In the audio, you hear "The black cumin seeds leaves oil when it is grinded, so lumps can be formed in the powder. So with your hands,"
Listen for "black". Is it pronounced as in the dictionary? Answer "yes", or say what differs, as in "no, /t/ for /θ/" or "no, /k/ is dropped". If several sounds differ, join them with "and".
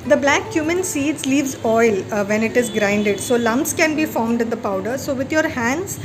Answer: yes